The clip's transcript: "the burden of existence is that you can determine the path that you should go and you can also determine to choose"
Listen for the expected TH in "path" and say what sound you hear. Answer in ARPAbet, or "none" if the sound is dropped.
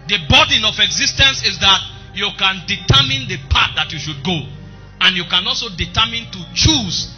T